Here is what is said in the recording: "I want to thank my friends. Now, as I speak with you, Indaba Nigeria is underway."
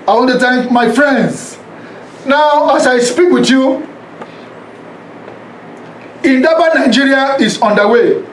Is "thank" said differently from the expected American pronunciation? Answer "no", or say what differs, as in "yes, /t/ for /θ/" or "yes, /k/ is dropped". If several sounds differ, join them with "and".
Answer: yes, /t/ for /θ/